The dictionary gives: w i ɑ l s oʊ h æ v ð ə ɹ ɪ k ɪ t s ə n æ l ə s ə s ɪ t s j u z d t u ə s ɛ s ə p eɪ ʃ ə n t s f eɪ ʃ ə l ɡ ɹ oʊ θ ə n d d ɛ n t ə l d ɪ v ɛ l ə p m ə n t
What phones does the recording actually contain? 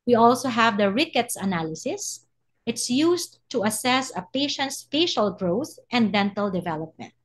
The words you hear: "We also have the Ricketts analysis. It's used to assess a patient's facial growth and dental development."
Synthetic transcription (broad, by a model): w i ɑ l s oʊ h æ v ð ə ɹ ɪ k ɪ t s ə n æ l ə s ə s ɪ t s j u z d t u ə s ɛ s ə p eɪ ʃ ə n t s f eɪ ʃ ə l ɡ ɹ oʊ θ ə n d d ɛ n t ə l d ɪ v ɛ l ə p m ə n t